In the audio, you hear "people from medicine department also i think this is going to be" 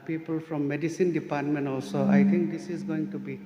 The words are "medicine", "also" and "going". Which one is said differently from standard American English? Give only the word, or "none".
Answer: none